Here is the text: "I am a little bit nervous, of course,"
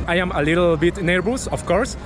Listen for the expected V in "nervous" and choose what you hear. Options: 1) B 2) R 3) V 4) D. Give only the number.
1